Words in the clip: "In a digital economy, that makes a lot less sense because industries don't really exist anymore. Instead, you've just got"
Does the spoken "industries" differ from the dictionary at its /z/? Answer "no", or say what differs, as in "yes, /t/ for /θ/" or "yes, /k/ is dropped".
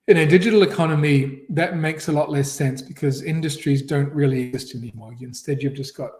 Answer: no